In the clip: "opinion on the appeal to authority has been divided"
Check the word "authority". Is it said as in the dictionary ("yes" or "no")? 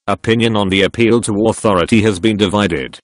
yes